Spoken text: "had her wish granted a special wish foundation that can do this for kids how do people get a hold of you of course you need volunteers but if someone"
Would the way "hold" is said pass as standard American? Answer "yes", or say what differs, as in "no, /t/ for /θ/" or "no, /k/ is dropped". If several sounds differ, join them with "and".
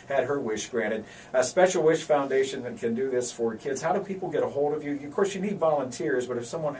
yes